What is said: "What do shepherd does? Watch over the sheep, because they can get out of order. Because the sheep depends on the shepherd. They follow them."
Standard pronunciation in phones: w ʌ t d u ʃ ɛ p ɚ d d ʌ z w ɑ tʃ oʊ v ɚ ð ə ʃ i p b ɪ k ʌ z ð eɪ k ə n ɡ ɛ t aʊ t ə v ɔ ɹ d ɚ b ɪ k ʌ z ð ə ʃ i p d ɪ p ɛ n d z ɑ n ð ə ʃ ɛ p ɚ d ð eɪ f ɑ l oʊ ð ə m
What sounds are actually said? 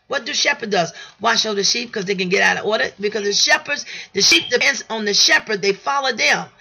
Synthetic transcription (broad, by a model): w ʌ t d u ʃ ɛ p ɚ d d ʌ z w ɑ ʃ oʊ ʊ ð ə ʃ i p k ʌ z ð eɪ k ə n ɡ ɛ t aʊ t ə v ɔ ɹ d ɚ b ɪ k ʌ z ð ə ʃ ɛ p d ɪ p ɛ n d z n ð ə ʃ ɛ p ɚ d ð eɪ f ɑ l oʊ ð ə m